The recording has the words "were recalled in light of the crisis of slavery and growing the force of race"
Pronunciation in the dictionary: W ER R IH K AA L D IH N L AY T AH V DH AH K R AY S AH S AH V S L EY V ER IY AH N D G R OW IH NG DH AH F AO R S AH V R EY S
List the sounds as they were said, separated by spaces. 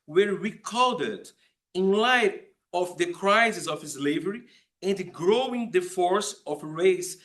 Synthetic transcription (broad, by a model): W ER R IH K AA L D IH N L AY T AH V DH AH K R AY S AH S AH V S L EY V ER IY AH N D G R OW IH NG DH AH F AO R S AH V R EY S